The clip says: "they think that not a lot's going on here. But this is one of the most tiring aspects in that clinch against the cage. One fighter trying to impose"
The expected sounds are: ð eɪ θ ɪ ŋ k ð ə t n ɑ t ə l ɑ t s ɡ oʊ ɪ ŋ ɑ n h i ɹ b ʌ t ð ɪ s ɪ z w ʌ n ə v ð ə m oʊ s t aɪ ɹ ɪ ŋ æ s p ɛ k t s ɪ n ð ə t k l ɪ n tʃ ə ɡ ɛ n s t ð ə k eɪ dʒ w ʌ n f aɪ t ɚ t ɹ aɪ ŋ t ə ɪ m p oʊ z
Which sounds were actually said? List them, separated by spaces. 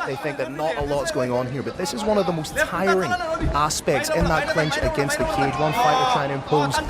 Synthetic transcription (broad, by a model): ð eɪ θ ɪ ŋ k ð ə t n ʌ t ə l ɑ t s ɡ oʊ ɪ ŋ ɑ n h i ɹ b ʌ t ð ɪ s ɪ z w ʌ n ə v ð ə m oʊ s t aɪ ɹ ɪ ŋ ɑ s p ɛ k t s ɪ n ð ə t k l ɪ n tʃ ə ɡ ɛ n s t ð ə k eɪ dʒ w ʌ n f aɪ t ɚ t aɪ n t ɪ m p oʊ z